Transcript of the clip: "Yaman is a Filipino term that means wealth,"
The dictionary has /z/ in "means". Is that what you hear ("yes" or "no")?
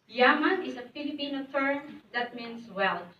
no